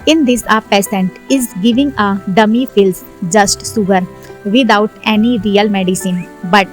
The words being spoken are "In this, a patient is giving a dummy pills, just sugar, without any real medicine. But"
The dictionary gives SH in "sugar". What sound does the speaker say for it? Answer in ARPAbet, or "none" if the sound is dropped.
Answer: S